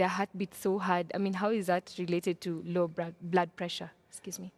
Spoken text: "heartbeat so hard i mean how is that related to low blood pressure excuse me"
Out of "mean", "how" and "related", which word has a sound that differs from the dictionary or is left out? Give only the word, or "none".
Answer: none